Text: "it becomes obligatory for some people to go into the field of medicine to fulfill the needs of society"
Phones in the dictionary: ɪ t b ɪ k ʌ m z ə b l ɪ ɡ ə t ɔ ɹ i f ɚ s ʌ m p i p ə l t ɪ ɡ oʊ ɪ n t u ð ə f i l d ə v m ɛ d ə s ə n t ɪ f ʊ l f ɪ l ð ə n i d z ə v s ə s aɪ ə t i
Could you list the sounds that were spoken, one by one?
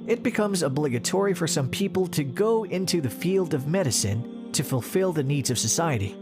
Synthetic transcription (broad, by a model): ɪ t b ɪ k ʌ m z ə b l ɪ ɡ ə t ɔ ɹ i f ɚ s ʌ m p i p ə l t ɪ ɡ oʊ ɪ n t u ð ə f i l d ə v m ɛ d ə s ə n t ɪ f ʊ l f ɪ l ð ə n i d z ə v s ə s aɪ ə t i